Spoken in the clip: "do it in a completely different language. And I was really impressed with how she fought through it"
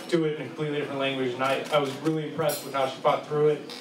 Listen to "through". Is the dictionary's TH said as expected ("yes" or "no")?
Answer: yes